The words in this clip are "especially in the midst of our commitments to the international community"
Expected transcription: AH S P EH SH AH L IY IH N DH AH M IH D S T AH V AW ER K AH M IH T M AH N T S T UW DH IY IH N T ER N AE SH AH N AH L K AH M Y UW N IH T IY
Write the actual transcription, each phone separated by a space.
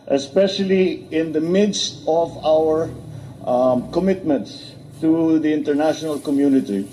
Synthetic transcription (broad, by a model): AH S P EH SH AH L IY IH N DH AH M IH D S T AH V AW ER K AH M IH T M AH N T S T UW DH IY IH N T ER N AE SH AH N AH L K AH M Y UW N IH T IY